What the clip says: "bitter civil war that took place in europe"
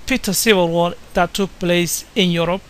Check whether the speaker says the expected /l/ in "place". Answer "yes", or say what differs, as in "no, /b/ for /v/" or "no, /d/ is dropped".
yes